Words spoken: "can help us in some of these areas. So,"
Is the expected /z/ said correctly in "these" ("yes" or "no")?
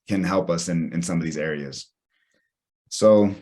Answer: yes